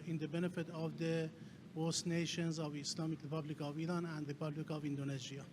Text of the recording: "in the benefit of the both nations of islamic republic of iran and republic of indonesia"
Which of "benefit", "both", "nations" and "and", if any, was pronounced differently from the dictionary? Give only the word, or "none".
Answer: both